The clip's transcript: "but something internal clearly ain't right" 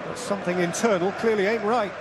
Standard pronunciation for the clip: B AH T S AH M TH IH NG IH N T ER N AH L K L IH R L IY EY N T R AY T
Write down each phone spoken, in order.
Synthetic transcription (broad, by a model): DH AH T S AH M TH IH NG IH N T ER N AH L K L IH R L IY EY N T R AY T